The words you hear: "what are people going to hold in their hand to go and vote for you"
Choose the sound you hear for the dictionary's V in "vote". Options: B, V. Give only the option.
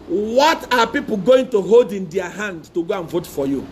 V